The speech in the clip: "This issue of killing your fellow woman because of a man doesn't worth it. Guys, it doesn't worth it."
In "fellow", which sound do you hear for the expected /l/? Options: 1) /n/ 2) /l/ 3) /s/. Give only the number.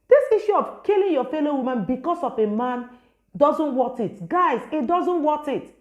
2